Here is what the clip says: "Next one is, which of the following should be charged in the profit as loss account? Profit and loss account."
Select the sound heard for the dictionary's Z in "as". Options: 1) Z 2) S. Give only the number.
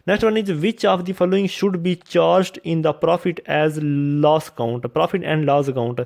1